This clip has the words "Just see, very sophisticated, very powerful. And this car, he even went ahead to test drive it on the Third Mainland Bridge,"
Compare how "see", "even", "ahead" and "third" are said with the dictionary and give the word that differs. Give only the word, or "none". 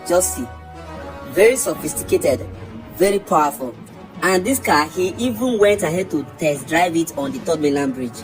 third